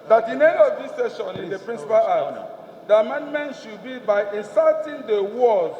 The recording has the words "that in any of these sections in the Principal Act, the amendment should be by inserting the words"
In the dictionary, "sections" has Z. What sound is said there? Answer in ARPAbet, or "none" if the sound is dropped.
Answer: none